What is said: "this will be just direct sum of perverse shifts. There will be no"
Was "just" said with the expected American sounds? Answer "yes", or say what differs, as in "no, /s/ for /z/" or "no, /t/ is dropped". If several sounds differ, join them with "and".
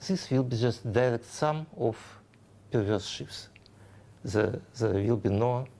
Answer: yes